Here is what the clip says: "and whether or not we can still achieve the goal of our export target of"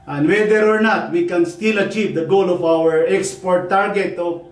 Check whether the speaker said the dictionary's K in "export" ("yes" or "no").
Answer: yes